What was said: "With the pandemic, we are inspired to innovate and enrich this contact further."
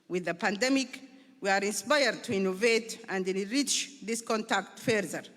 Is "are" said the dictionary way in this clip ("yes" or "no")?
yes